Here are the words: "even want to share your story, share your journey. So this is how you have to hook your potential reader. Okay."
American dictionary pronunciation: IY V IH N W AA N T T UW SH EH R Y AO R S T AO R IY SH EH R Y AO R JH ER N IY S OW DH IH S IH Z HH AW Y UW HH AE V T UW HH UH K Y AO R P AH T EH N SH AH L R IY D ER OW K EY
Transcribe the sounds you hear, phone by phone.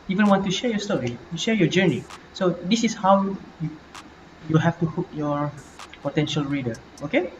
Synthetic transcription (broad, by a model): IY V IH N W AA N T T UW SH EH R Y AO S T AO R IY SH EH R Y AO JH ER N IY S OW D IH S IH S HH AW Y UW HH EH F T UW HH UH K Y AO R P AH T EH N SH AH L R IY D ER OW K EY